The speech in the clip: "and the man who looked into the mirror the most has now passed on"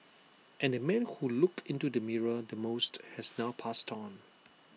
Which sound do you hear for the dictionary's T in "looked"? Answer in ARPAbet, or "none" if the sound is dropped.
none